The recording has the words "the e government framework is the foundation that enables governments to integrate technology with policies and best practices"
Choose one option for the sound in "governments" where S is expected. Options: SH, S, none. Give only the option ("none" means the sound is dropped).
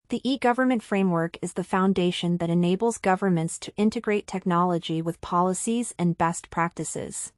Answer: S